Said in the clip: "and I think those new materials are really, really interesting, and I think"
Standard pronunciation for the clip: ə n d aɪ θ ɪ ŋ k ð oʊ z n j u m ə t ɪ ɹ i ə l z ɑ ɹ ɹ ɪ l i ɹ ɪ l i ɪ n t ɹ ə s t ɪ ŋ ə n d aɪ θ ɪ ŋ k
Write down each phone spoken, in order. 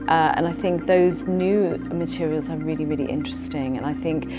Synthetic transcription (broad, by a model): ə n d aɪ θ ɪ ŋ k ð oʊ z n j u m ə t ɪ ɹ i ə l z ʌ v ɹ ɪ l i ɹ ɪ l i ɪ n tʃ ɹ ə s t ɪ ŋ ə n aɪ θ ɪ ŋ k